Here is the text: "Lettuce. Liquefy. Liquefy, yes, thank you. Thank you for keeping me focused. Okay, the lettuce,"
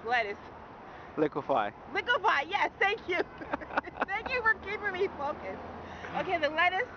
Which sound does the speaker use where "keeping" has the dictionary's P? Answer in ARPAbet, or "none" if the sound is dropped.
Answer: none